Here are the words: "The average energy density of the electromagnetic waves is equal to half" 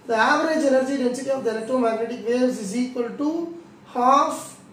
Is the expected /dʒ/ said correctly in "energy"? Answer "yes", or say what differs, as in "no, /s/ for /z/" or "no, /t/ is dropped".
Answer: yes